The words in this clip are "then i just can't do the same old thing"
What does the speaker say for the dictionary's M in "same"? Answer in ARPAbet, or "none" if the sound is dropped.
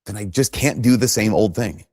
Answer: M